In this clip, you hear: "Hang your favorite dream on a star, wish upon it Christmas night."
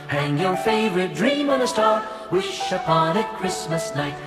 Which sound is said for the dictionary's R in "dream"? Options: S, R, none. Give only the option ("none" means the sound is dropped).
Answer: R